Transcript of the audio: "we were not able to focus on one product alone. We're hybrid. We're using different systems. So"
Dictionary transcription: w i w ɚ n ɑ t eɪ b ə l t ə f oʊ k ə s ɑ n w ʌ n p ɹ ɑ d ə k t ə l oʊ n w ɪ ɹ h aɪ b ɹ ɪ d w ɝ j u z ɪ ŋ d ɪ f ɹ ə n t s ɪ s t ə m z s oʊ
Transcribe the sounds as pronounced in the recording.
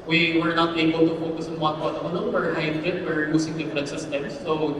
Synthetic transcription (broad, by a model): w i w ɚ n ɑ t eɪ b ə l t ə f oʊ k ə s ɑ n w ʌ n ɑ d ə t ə n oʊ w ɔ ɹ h aɪ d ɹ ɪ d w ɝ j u s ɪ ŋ d ɪ f ɹ ə n t s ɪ s t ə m s oʊ